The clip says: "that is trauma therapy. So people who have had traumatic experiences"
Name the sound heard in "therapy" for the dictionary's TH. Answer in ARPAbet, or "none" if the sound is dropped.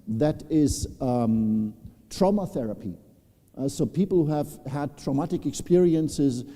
TH